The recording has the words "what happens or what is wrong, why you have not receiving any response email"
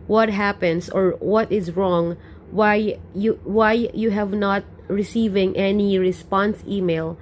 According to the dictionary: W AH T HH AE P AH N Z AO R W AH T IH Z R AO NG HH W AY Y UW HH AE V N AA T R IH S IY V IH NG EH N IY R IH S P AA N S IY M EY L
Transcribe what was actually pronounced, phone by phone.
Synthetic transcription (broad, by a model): W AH T HH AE P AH N S AO R W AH T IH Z R AO NG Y W AY Y UW HH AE V N AA T R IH S IY V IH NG EH N IY R IH S P AA N S IY M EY L